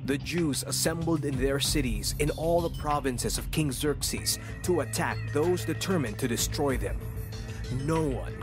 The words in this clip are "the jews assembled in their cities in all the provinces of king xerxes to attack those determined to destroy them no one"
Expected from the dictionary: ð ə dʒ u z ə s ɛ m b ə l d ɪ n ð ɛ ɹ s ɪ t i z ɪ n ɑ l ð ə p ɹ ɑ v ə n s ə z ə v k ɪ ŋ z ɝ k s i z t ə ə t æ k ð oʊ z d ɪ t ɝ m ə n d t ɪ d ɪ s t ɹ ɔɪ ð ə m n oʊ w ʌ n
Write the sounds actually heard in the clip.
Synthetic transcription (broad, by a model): ð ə dʒ u z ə s ɛ m b l d ɪ n ð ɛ ɹ s ɪ t i z ɪ n ɑ l ð ə p ɹ ɑ v ə n s ə z ə v k ɪ ŋ z ɝ k s i z t ə ə t æ k ð oʊ z d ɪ t ɝ m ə n t ɪ d ɪ s t ɹ ɔɪ ð ə m n oʊ w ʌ n